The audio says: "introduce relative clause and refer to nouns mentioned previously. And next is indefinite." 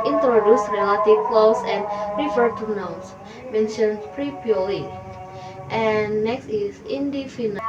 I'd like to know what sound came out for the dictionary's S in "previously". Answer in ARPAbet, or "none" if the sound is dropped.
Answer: none